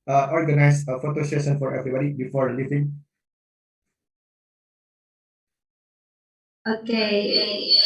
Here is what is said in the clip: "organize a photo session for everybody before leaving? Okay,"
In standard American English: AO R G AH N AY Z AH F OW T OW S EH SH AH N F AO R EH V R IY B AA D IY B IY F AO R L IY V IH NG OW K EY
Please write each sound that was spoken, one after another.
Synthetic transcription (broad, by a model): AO R G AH N AY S AH F OW T OW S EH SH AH N F AO R EH V R IY B AA D IY B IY F AO R L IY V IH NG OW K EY